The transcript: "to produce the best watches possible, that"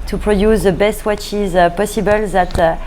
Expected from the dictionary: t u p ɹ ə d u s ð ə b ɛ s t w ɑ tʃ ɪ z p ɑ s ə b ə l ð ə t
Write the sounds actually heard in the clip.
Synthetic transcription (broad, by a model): t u p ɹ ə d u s ð ə b ɛ s t w ɑ tʃ ɪ z p ɑ s ə b ə l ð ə t